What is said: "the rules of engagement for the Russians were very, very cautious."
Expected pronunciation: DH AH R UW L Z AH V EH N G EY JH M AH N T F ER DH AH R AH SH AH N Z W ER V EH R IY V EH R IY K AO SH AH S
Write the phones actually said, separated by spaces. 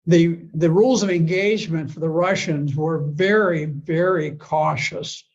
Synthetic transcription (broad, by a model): DH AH R UW L Z AH V EH N G EY JH M AH N T F ER DH AH R AH SH AH N Z W ER V EH R IY V EH R IY K AO SH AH S